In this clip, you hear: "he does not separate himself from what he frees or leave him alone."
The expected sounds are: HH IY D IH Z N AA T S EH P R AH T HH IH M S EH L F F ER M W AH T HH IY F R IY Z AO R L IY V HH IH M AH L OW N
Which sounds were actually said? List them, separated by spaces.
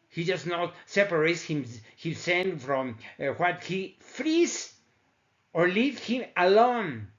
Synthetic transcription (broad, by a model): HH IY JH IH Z N AA T S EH P R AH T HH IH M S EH N F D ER M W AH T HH IY F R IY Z AO R L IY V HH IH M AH L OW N